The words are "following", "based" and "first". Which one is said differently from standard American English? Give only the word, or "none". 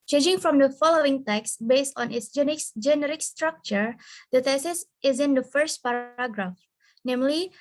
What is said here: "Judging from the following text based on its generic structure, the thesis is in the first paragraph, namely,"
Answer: none